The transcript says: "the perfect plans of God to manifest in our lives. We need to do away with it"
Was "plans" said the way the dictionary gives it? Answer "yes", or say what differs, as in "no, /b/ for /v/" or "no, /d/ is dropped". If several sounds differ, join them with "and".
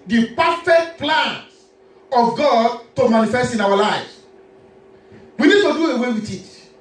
no, /z/ is dropped